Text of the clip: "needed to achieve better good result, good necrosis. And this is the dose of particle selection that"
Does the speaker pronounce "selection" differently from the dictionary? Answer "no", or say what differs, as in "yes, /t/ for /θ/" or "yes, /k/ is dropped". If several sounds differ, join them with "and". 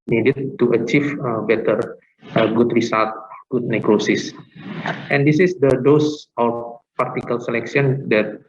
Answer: yes, /s/ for /ʃ/